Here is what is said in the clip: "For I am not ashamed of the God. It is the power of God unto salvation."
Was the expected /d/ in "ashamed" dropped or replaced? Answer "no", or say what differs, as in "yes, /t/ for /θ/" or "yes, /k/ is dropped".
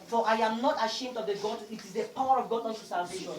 no